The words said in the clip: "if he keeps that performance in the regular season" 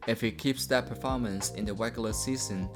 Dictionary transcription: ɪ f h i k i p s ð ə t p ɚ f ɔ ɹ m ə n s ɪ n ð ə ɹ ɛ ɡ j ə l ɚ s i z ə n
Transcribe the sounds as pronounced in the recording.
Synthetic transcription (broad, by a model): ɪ f h i k i p s ð ə t p ɚ f ɔ ɹ m ə n s ɪ n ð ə w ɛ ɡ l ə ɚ s i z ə n